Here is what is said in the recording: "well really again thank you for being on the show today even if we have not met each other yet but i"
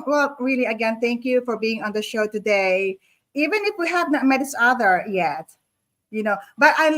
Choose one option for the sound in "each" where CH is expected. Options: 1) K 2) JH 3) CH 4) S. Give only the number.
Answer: 4